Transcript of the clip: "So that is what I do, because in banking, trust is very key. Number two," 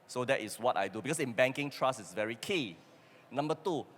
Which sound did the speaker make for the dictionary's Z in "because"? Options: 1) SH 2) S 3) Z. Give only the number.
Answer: 2